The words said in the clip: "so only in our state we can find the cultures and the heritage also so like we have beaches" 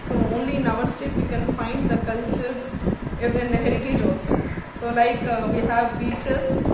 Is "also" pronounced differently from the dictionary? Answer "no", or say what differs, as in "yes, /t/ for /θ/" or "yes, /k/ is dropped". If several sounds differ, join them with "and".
yes, /l/ is dropped